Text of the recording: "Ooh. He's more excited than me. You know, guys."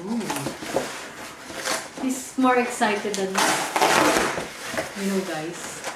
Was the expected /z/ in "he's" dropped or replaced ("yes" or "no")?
yes